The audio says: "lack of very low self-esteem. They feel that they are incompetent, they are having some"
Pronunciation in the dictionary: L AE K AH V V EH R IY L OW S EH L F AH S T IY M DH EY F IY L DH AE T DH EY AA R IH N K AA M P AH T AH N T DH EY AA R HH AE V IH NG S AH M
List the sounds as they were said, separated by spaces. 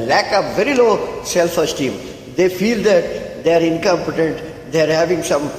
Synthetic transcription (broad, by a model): L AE K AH P V EH R IY L OW S EH L F AH S T IY M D EY F IY L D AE T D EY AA R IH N K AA M P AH T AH N T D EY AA R HH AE V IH NG S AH M